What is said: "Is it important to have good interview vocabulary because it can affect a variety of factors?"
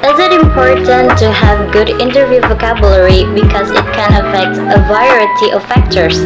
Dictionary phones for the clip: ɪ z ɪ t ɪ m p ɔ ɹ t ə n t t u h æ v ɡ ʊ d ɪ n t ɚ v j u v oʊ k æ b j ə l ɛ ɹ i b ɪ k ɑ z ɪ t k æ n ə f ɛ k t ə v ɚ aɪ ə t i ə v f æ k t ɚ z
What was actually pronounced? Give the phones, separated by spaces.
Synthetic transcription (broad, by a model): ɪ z ɪ t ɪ m p ɔ ɹ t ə n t t u h æ v ɡ ʊ d ɪ n t ɚ v j u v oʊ k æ b j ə l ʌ ɹ i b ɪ k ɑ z ɪ t k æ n ə f ɛ k t ə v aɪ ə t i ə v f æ k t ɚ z